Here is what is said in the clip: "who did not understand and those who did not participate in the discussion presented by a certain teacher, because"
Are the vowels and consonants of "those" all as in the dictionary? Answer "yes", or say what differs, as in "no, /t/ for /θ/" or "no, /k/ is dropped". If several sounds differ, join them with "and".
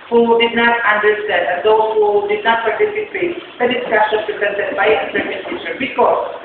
no, /z/ is dropped